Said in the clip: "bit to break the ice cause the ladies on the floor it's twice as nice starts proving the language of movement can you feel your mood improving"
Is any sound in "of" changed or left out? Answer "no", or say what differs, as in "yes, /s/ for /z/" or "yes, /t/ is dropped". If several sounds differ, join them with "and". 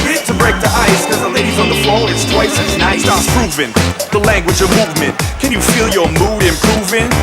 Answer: no